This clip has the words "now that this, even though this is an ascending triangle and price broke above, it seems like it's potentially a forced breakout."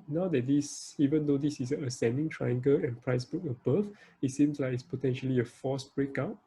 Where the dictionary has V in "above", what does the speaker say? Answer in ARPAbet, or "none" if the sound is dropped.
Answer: F